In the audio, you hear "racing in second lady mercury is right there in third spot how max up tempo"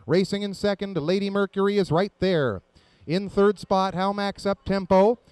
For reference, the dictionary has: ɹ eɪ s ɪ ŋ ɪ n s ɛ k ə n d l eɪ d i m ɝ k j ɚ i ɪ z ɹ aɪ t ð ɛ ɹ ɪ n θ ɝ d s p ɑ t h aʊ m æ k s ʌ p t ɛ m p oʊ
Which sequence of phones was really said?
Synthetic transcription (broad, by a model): ɹ eɪ s ɪ ŋ ɪ n s ɛ k ə n d l eɪ d i m ɝ k j ɚ i ɪ z ɹ aɪ t ð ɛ ɹ ɪ n θ ɝ d s p ɑ t h aʊ m æ k s ʌ p t ɛ m p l